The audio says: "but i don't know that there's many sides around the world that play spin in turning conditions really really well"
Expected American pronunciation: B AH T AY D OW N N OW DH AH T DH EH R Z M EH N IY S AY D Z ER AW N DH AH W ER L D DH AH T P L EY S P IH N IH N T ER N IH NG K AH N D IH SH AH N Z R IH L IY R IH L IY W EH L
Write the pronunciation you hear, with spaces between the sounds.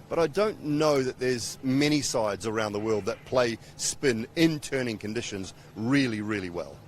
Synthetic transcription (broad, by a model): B AH T AY D OW N N OW DH AH T DH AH R Z M EH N IY S AY D Z ER AW N DH AH W ER L D DH AH T P L EY S P IH N IH N T ER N IH NG K AH N D IH SH AH N Z R IH L IY R IH L IY W EH L